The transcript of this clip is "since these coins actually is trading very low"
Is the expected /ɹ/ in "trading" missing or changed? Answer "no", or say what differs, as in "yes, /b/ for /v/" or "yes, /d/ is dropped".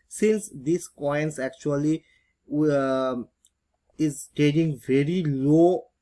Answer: yes, /ɹ/ is dropped